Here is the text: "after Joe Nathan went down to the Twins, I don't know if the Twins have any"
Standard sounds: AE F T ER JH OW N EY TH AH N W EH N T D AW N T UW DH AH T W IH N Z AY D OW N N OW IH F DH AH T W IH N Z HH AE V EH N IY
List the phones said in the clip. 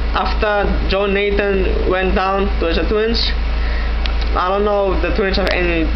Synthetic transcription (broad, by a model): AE F T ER JH OW N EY T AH N W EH N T D AW N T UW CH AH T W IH N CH AY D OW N N OW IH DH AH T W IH N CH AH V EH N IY